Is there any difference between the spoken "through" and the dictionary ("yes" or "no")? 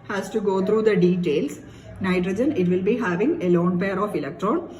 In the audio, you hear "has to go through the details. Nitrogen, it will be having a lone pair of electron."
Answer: yes